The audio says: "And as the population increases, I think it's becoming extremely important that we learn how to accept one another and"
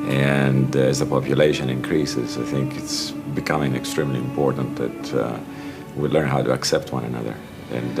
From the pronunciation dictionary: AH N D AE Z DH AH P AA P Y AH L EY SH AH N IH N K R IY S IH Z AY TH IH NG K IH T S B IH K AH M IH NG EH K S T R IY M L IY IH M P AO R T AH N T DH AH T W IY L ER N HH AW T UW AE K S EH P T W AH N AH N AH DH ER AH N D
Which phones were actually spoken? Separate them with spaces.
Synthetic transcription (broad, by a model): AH N D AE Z DH AH P AA P Y AH L EY SH AH N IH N K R IY S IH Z AY TH IH NG K IH T S B IH K AH M IH NG EH K S T R IY M L IY IH M P AO R T AH N T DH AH T W IY L ER N HH AW T UW AE K S EH P T W AH N AH N AH DH ER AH N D